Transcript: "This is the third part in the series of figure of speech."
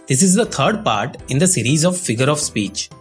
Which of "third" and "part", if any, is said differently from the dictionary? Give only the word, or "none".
third